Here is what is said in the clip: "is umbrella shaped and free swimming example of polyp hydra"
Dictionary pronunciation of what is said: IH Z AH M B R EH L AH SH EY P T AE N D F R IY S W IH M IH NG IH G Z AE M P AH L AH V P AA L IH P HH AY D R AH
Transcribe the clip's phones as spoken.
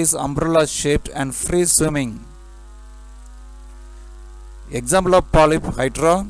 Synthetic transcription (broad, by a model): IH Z AH M B R EH L AH SH EY P T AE N D F R IY S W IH M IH NG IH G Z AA M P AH L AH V P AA L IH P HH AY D R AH